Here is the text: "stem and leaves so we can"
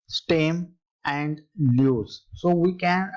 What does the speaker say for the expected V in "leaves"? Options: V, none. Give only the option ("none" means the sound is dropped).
none